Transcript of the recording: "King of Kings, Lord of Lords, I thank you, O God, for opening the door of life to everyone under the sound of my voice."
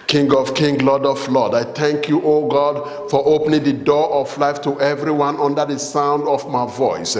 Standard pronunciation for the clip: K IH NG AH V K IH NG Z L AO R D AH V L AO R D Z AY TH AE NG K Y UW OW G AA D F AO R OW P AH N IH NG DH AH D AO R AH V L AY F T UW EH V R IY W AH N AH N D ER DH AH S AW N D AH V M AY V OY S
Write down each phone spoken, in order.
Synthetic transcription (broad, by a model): K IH NG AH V K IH NG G L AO D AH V L AO D AY TH AE NG K Y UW OW G AA D F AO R OW P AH N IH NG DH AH D AO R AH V L AY F T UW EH V R IY W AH N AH N D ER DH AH S AW N D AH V M AY V OY S